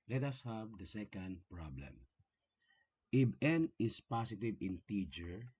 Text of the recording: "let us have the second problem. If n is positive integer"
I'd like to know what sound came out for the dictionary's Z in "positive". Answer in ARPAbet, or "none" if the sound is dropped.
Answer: S